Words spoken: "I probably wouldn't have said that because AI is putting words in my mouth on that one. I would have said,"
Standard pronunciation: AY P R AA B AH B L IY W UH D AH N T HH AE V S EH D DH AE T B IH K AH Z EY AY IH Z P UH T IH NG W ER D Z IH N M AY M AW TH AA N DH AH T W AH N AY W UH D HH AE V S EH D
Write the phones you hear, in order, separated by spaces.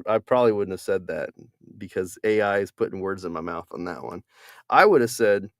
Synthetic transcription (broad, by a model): AY P R AA B AH B L IY W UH D N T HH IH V S EH D DH AE T B IH K AH Z EY AY IH Z P UH T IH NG W ER D Z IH N M AY M AW TH N DH AH T W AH N AY W UH D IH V S EH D